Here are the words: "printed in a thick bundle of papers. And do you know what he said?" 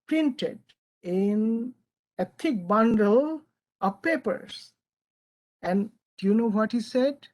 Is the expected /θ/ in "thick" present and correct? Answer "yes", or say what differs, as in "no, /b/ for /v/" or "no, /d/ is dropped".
no, /t/ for /θ/